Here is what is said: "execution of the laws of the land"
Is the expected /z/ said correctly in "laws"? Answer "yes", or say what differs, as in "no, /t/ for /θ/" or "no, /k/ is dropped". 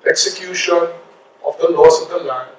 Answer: no, /s/ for /z/